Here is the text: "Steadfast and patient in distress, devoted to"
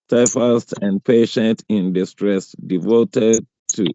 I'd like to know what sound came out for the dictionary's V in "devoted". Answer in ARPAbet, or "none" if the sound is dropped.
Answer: V